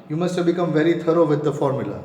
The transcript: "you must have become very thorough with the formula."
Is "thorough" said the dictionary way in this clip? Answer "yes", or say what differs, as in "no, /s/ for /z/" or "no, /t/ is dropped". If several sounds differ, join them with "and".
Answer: no, /t/ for /θ/